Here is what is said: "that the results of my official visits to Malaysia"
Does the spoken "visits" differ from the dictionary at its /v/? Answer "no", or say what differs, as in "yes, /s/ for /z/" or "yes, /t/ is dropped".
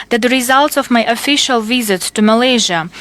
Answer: no